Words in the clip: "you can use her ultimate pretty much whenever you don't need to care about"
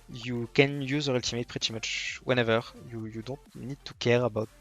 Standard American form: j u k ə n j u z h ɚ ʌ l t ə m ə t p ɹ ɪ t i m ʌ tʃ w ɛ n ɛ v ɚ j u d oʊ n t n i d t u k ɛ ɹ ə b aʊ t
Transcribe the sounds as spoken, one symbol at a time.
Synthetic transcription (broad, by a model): j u k ə n j u z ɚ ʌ l t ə m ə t p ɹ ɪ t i m ʌ tʃ w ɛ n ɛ v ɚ j u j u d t n i d t u k ɛ ɹ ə b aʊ t